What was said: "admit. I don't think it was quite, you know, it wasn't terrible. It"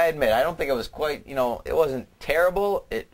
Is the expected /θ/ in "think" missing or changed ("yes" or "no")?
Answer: no